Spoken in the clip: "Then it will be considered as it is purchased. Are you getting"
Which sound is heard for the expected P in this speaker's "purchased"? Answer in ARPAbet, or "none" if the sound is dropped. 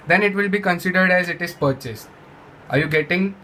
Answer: P